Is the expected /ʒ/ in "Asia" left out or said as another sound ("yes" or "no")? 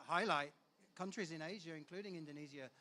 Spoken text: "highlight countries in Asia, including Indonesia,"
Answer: no